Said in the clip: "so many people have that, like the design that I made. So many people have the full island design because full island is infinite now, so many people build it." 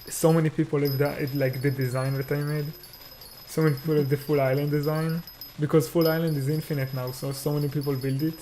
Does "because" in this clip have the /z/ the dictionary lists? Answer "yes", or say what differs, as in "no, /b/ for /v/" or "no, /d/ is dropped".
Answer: yes